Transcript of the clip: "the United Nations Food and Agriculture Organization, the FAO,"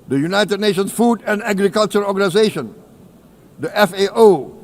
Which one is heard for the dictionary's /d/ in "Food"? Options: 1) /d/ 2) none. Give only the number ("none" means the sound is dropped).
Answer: 1